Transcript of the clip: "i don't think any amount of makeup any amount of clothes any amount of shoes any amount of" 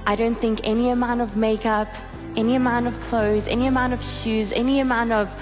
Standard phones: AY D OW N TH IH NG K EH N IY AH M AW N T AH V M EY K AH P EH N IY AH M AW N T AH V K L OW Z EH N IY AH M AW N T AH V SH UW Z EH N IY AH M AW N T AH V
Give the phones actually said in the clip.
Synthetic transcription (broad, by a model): AY D OW N TH IH NG K EH N IY AH M AW N T AH V M EY K AH P EH N IY AH M AW N T AH V K L OW Z EH N IY AH M AW N T AH V SH UW Z EH N IY AH M AW N T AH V